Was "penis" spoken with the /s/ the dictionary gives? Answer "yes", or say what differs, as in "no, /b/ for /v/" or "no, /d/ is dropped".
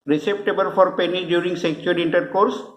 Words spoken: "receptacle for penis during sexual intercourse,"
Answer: no, /s/ is dropped